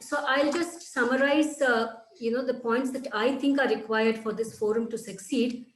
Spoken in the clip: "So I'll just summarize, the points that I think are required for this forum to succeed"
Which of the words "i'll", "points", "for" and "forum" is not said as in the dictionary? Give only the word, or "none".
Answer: none